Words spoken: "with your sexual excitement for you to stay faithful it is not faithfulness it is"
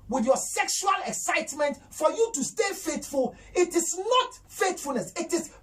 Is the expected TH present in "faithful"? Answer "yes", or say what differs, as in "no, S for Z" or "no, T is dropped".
no, T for TH